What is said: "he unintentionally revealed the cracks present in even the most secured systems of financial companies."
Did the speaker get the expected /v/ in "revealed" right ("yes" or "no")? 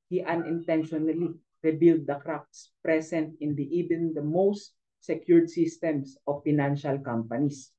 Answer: no